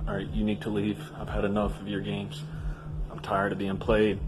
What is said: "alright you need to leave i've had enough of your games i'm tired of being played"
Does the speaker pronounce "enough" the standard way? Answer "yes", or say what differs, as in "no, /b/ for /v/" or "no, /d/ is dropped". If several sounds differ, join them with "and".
yes